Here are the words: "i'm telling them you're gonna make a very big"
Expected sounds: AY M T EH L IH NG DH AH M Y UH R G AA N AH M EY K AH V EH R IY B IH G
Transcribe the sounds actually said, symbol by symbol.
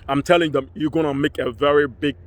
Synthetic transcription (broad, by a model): AY M T EH L IH NG DH AH M Y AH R G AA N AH M EY K AH V EH R IY B IH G